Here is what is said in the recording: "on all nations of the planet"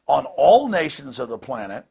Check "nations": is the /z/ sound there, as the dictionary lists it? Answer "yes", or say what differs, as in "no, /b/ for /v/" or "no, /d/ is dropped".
yes